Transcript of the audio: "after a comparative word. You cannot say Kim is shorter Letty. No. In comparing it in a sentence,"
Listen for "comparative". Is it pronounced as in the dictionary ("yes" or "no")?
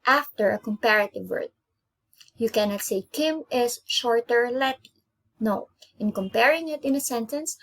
yes